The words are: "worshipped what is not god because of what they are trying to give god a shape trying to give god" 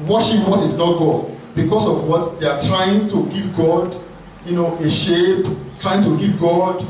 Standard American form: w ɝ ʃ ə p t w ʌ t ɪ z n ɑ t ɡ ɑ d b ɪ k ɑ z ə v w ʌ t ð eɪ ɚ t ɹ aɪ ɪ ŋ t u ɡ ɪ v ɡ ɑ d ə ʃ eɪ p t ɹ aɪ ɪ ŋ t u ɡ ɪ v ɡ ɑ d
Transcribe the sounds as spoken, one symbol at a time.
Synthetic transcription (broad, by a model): w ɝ ʃ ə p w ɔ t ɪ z n ɑ t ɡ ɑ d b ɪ k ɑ s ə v w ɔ t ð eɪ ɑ t ɹ aɪ ɪ ŋ t u ɡ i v ɡ ɑ d ə ʃ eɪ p t ɹ aɪ ɪ ŋ t u ɡ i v ɡ ɑ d